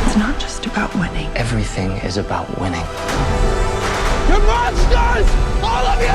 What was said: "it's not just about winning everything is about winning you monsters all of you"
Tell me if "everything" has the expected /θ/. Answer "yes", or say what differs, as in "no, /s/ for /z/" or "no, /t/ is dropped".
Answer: yes